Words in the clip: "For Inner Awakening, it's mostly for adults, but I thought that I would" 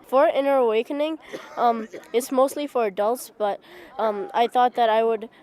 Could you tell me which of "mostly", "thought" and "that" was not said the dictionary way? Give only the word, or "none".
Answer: none